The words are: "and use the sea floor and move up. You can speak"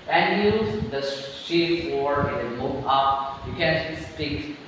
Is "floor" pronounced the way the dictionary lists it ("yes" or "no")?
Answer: no